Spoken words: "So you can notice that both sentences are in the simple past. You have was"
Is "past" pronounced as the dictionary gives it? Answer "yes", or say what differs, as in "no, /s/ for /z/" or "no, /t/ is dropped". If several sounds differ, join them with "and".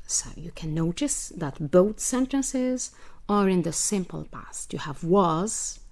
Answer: yes